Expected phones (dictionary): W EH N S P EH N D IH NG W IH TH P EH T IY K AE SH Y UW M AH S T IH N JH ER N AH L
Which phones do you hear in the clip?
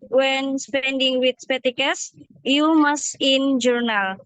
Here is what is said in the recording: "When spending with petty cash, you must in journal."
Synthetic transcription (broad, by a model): W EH N S P EH N D IH NG W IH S P EH T IY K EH S Y UW M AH S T IH N JH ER N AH L